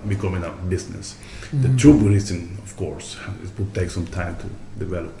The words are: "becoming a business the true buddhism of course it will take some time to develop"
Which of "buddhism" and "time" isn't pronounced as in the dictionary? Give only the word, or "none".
buddhism